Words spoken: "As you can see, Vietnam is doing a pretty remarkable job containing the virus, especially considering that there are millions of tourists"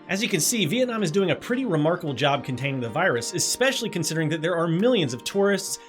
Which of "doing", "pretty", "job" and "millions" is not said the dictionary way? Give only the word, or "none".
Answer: none